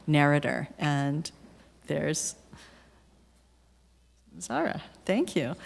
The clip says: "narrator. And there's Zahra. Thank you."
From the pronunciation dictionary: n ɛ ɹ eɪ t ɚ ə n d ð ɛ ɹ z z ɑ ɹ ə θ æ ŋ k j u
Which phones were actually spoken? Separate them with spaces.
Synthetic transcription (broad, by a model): n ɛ ɹ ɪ t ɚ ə n ð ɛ ɹ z s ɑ ɹ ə θ æ ŋ k j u